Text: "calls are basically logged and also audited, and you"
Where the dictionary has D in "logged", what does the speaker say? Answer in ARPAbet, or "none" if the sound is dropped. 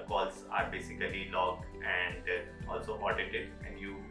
none